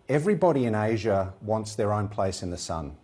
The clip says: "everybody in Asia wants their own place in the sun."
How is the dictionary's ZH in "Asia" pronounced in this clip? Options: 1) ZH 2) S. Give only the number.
1